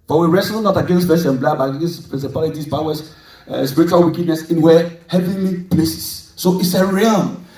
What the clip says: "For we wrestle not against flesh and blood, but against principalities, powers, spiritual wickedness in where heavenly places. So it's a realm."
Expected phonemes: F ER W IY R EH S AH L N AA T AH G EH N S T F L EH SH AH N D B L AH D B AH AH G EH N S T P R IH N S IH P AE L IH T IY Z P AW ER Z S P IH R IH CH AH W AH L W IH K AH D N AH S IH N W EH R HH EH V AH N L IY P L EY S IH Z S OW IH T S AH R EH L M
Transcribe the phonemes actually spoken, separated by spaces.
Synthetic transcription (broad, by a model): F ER W IY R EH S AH N AA T AH G EH N S T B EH S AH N B L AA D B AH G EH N S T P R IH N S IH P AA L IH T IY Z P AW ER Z S P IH R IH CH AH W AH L W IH K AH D N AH S IH N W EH HH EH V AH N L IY P L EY S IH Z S OW IH T S AH R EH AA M